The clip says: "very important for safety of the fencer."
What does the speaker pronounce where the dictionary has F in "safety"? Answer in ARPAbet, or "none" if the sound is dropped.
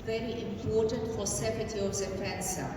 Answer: P